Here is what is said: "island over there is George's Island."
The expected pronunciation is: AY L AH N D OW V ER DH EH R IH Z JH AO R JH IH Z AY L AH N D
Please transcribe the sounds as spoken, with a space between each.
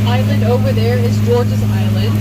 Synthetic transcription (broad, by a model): AY L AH N D OW V ER DH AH R IH Z JH AO R JH IH Z AY L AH N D